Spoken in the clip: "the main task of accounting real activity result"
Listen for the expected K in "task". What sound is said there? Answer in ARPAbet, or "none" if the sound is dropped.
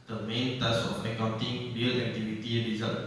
none